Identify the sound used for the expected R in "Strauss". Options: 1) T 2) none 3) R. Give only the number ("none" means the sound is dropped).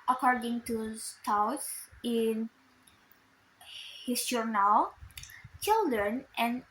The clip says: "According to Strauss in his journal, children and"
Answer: 2